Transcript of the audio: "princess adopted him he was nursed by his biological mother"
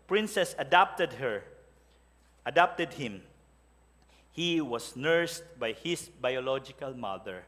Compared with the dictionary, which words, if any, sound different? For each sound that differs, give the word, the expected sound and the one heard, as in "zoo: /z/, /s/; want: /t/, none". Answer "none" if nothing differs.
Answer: was: /z/, /s/; his: /z/, /s/